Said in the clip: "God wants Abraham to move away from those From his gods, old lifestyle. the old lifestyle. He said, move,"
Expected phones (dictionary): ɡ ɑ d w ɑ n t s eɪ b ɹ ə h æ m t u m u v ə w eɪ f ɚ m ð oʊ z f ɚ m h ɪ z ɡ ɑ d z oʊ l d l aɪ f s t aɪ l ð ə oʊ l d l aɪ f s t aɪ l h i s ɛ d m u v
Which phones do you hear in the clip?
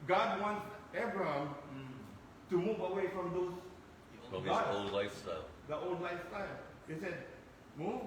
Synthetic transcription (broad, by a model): ɡ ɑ d w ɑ n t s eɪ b ɹ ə h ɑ m t u m u v ə w eɪ f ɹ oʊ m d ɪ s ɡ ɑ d oʊ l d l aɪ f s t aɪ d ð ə oʊ l d l aɪ f s t aɪ l h i s ɛ d m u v